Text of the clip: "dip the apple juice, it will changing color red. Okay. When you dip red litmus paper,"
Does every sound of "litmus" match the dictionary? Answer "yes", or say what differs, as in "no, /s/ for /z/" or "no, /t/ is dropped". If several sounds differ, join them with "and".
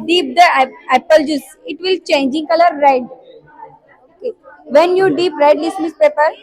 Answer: no, /s/ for /t/